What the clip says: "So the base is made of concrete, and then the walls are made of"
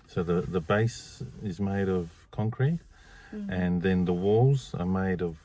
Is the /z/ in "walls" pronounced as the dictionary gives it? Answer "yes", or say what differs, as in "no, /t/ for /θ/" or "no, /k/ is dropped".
yes